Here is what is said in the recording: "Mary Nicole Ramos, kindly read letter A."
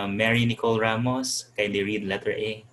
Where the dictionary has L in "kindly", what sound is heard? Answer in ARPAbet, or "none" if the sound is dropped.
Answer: none